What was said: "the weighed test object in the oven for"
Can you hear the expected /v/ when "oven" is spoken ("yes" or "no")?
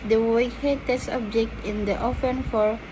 no